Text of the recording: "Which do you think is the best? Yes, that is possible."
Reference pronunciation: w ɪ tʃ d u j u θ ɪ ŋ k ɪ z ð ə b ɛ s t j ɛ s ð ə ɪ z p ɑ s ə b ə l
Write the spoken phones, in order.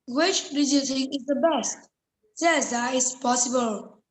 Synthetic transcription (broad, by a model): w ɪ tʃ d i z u t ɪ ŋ ɪ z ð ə b ɛ s t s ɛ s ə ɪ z p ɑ s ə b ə l